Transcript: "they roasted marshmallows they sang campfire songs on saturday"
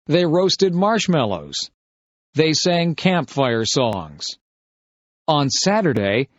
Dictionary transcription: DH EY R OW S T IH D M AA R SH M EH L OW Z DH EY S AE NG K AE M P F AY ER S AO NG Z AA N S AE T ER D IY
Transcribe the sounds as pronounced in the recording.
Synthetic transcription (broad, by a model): DH EY R OW S T IH D M AA R SH M EH L OW Z DH EY S AE NG K AE M P F AY ER S AO NG Z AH N S AE T ER D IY